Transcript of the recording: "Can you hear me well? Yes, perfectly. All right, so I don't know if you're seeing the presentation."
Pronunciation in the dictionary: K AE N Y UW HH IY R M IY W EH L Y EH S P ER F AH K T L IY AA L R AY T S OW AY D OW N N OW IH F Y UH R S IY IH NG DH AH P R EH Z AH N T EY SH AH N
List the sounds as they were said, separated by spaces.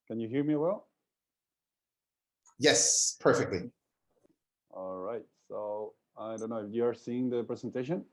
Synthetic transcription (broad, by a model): K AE N Y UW HH IY R M IY W EH L Y EH S P ER F AH K T L IY AA L R AY T S OW AY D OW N N OW IH F Y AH R S IY IH NG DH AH P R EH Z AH N T EY SH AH N